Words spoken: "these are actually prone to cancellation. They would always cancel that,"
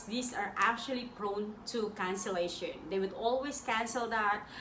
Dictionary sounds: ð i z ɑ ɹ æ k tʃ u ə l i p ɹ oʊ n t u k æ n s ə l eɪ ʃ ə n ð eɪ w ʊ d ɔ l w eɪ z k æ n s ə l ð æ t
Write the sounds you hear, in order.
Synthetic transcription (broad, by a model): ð i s ɑ ɹ æ k tʃ u ə l i p ɹ oʊ n t u k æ n s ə l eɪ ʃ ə n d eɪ w ʊ d ɔ l w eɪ s k æ n s ə l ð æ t